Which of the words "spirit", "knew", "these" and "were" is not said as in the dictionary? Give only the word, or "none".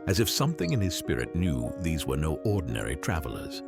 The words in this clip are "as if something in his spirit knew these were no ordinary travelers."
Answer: none